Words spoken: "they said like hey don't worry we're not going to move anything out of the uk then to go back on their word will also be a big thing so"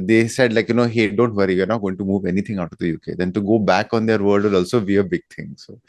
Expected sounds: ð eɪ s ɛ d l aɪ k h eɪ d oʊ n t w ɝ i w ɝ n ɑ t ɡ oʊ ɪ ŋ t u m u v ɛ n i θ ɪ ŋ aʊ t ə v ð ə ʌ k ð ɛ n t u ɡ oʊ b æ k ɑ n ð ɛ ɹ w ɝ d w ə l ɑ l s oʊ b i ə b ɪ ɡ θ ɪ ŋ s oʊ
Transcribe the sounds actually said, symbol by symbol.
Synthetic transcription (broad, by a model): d eɪ s ɛ d l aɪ k h eɪ d oʊ n t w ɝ i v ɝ n ɑ t ɡ oʊ ɪ ŋ t u m u v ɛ n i t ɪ ŋ aʊ t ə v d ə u k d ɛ n t u ɡ oʊ b æ k ɑ n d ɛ ɹ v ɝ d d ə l ɑ l s oʊ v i ə b ɪ ɡ t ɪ ŋ s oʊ